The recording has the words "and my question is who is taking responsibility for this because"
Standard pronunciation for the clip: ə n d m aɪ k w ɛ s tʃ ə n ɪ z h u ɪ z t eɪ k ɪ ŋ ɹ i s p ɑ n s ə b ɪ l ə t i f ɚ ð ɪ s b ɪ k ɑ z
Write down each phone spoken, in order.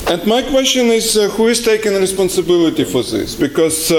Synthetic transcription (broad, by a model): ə n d m aɪ k w ɛ s tʃ ə n ɪ z h u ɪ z t eɪ k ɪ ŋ ɹ i s p ɑ n s ə b ɪ l ə t i f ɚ ð ɪ s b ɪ k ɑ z